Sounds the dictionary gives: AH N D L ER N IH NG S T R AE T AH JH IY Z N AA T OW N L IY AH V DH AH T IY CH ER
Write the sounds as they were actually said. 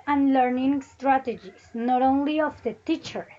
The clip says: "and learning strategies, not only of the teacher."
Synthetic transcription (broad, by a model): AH N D L ER N IH NG S T R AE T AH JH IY S N AA T OW N L IY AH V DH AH T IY CH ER